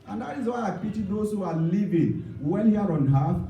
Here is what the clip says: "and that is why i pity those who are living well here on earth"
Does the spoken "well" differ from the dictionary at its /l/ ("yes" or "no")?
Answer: yes